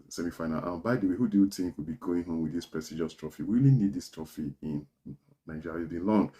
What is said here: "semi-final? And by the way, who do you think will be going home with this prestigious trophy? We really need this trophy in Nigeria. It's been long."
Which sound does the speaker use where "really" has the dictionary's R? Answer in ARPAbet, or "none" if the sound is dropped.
W